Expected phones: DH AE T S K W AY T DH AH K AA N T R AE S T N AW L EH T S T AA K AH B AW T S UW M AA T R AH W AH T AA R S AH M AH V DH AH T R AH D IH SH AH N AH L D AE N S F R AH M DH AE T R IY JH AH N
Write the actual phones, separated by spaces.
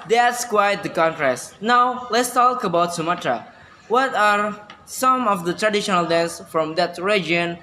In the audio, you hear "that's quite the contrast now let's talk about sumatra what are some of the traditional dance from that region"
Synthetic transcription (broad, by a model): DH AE T S K W AY T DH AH K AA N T R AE S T N AW L EH T S T AA K AH B AW T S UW M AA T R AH W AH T AA R S AH M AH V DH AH T R AH D IH SH AH N AH L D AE N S F R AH M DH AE T R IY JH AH N